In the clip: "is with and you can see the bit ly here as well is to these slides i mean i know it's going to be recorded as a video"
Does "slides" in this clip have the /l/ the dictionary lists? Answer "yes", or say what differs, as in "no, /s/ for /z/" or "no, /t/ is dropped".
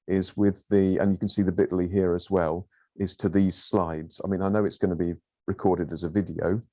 yes